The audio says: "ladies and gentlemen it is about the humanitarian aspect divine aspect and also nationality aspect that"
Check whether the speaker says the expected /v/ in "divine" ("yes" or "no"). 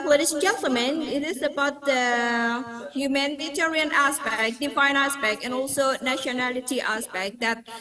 no